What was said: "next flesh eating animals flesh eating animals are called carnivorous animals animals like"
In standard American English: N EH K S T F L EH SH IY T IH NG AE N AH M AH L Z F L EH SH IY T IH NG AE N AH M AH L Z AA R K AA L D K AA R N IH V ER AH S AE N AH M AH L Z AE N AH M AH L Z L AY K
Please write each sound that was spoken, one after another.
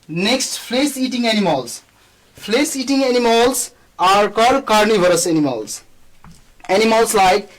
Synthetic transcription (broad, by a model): N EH K S T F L EH S IY T IH NG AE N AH M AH L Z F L EH S IY T IH NG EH N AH M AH L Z AA R K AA D K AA R N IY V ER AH S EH N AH M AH L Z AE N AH M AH L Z L AY K